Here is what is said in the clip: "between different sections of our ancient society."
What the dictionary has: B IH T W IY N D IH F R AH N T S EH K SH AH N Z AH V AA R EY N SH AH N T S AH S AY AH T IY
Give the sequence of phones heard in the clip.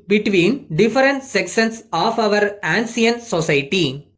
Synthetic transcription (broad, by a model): B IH T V IY N D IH F R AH N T S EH K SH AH N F AH V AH R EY N S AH N S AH S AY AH T IY